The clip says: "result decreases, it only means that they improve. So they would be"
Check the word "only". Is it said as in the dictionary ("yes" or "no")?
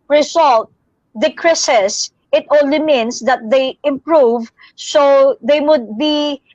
no